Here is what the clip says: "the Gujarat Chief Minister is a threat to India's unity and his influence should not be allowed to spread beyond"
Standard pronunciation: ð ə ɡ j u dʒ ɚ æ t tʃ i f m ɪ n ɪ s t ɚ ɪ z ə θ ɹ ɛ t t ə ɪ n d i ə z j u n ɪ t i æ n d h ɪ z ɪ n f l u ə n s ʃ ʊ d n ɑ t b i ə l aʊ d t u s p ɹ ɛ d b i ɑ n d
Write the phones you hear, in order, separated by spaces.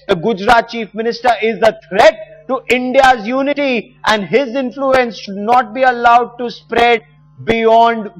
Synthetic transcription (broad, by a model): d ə ɡ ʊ dʒ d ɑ t tʃ i f m ɪ n ɪ s t ɚ ɪ z ə t ɹ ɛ t t ɪ n d i ə z j u n ɪ t i æ n d h ɪ z ɪ n f l u ə n s ʃ ʊ d n ɑ t b i ə l aʊ d t u s p ɹ ɛ d b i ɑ n d